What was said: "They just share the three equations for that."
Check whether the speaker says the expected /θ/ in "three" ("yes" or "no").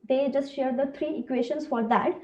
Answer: no